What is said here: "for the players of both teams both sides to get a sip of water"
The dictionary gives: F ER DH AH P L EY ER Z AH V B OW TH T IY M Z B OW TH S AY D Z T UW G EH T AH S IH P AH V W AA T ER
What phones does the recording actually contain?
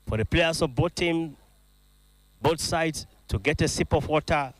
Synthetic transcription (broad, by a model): F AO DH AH P L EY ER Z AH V B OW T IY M B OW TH S AY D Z T UW G EH T AH S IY P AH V W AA T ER